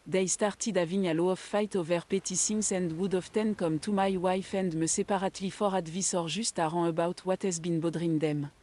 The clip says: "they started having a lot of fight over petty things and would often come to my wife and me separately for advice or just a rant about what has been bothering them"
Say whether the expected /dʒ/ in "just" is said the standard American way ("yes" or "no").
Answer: no